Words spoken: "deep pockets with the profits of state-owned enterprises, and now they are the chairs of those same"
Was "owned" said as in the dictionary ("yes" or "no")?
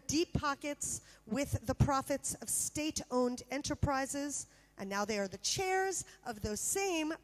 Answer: yes